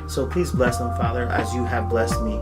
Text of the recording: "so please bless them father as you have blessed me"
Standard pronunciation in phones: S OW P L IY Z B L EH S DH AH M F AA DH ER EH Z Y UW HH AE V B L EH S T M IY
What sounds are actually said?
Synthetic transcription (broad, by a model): S OW P L IY Z B L EH S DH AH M F AA DH ER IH Z Y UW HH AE V B L EH S T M IY